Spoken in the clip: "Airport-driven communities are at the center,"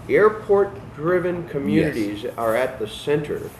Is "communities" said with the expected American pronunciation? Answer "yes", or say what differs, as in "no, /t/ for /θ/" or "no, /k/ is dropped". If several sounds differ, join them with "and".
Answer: yes